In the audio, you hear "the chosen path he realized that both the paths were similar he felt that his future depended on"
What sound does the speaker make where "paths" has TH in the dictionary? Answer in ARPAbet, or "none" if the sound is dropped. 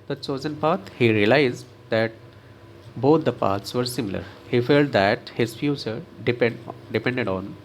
T